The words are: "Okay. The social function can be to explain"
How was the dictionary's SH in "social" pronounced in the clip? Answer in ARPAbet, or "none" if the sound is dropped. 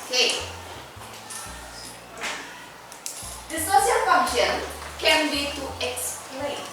S